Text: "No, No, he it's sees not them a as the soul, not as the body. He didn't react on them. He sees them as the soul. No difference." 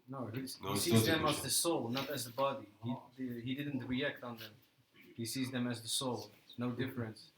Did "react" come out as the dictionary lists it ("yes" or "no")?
yes